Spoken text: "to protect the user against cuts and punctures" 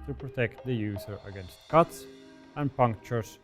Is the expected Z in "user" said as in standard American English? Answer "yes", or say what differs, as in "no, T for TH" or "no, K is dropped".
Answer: no, S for Z